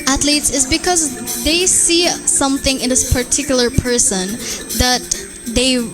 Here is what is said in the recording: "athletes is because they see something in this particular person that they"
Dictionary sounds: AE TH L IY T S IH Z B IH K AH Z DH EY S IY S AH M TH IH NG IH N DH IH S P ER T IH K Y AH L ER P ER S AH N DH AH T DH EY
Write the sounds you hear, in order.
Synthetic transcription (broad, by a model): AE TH L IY T S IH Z B IH K AH Z DH EY S IY S AH M TH IH NG IH N DH IH S P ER T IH K Y L ER P ER S AH N DH AH T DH EY